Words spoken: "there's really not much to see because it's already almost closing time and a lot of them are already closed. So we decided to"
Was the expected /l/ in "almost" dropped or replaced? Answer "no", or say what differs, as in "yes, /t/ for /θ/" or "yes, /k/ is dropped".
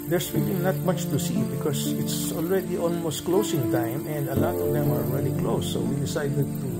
no